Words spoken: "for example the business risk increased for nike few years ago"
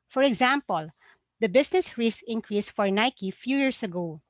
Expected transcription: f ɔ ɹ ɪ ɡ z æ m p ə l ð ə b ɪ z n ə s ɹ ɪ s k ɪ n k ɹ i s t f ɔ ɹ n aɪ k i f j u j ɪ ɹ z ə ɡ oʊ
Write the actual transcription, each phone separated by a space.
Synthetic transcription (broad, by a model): f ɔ ɹ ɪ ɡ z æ m p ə l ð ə b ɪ s n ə s ɹ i s ɪ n k ɹ i s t f ɔ ɹ n aɪ k i f j u j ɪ ɹ s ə ɡ oʊ